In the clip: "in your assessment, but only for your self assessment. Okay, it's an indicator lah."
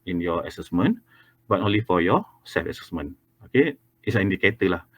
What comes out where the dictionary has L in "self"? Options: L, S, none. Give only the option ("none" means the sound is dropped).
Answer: none